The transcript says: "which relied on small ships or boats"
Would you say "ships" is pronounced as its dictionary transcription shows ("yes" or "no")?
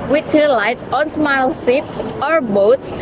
no